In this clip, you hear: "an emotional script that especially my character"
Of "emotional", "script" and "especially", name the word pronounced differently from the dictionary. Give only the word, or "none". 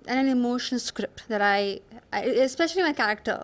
emotional